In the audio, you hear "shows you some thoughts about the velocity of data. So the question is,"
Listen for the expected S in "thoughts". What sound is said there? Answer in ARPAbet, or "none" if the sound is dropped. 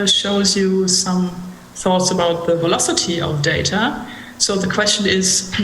S